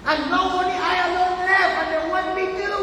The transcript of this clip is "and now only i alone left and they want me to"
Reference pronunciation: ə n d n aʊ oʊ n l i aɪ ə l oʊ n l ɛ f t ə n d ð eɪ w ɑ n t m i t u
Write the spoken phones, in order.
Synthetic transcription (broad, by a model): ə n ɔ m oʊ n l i aɪ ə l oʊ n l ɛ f ə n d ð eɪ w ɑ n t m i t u